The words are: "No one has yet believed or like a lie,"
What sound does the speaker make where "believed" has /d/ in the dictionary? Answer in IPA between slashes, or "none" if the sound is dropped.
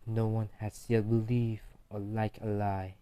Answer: none